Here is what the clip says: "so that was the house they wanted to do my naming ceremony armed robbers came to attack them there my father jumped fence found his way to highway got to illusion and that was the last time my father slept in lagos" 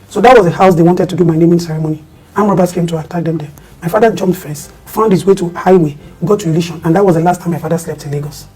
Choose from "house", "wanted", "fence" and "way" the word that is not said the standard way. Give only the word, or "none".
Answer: fence